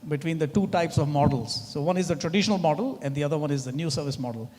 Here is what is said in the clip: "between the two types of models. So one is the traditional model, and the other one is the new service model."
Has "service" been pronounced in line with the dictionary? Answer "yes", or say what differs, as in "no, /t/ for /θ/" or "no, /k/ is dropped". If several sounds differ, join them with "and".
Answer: yes